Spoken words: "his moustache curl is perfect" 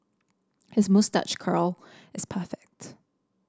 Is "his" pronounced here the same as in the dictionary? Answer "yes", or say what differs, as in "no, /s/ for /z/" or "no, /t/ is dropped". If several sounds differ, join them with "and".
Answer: yes